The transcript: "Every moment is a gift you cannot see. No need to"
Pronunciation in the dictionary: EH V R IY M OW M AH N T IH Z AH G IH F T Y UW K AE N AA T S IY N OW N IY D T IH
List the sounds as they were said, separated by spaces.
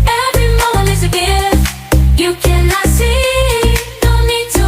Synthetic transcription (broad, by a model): EH V R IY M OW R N IH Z AH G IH Y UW K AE N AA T S IY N OW N IY D T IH